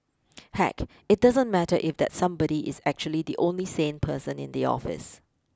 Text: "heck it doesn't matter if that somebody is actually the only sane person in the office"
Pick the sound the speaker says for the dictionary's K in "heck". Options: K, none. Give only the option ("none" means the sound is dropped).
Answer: K